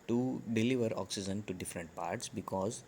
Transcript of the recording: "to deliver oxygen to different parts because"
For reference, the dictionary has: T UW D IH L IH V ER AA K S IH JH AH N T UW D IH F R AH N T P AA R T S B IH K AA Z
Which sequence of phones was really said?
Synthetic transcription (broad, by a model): T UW D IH L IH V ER AA K S IH JH AH N T UW D IH F R AH N T P AA R T S B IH K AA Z